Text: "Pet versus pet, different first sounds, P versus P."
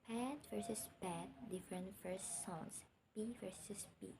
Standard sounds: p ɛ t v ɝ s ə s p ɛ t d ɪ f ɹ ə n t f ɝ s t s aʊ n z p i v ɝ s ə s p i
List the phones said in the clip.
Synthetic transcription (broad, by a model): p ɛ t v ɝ s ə s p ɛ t d ɪ f ɹ ə n t f ɝ s t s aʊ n s p i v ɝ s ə s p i